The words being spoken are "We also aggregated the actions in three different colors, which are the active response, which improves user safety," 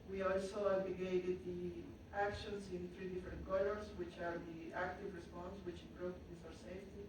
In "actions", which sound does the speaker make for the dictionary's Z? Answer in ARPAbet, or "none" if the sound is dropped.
S